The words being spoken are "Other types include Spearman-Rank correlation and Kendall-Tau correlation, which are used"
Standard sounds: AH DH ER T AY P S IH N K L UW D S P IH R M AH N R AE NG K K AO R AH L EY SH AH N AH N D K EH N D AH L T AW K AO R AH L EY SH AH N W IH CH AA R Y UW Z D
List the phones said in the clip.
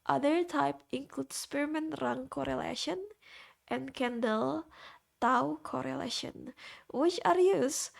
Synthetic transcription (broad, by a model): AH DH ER T AY P IH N K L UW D S P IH R M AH N R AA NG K K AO R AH L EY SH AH N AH N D K EH N D AH L T AW K AO R AH L EY SH AH N W IH CH AA R Y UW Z